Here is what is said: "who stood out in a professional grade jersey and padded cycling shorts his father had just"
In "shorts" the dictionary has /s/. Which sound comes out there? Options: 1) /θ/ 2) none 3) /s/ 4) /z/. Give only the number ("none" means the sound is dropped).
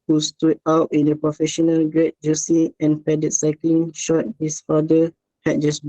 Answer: 2